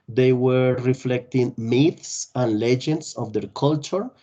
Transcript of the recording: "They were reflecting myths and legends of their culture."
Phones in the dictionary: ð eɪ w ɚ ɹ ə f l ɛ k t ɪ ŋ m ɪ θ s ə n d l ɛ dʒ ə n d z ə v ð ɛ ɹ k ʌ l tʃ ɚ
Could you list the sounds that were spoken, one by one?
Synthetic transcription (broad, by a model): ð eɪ w ɚ ɹ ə f l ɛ k t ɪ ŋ m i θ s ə n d l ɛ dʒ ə n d s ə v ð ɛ ɹ k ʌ l tʃ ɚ